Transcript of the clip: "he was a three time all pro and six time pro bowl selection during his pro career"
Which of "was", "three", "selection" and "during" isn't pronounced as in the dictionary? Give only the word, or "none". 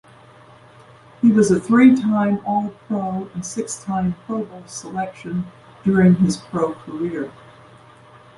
none